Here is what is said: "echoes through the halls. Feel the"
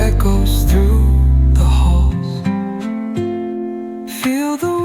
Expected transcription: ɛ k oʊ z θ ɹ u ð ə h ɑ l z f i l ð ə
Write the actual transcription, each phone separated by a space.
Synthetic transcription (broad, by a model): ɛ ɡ oʊ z θ ɹ u ð ə h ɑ l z f i l ð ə